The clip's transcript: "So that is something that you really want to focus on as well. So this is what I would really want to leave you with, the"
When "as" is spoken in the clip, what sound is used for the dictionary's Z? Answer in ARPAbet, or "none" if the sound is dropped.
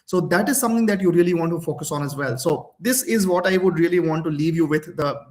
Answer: Z